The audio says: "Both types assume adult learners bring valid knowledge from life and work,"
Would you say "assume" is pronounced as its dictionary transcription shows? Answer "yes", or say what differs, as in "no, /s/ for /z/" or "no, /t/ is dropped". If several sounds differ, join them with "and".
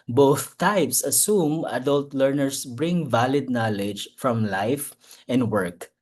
yes